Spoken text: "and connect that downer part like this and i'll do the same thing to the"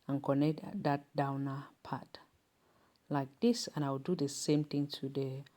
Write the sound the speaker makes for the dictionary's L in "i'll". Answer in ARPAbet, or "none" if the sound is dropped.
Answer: W